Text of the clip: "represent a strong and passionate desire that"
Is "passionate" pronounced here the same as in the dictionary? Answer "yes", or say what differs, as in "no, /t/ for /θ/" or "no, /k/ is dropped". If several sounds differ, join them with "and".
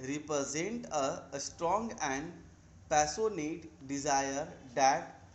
no, /s/ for /ʃ/